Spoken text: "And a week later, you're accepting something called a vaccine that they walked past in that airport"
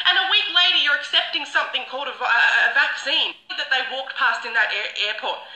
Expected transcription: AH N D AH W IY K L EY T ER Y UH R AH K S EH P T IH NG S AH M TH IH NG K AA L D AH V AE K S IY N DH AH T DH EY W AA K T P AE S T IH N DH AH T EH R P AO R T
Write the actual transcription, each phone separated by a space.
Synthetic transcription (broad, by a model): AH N AH W IY K L EY T ER Y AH R AH K S EH P T IH NG S AH M TH IH NG K AA L D AH V AE K S IY N DH AH T DH EY W AA K T P AE S T IH N DH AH T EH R P AO R T